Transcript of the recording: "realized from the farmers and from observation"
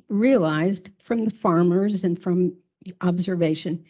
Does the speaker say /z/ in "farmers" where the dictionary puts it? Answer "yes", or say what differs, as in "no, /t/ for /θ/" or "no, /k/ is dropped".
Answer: yes